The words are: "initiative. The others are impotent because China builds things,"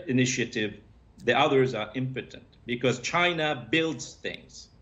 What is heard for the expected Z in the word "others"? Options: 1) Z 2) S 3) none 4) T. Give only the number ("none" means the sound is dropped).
1